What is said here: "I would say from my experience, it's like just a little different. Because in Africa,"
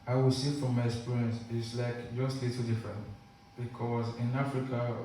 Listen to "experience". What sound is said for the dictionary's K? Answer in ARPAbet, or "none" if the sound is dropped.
none